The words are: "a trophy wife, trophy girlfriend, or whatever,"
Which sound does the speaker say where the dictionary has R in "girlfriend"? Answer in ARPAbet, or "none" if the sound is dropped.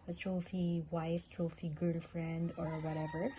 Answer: R